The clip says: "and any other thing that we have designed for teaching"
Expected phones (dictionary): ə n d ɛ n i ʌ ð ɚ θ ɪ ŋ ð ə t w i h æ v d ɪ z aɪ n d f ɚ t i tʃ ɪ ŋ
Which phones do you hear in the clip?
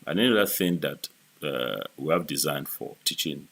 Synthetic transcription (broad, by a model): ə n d ɛ n i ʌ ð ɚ θ ɪ ŋ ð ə t w i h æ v d ɪ z aɪ n d f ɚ t i tʃ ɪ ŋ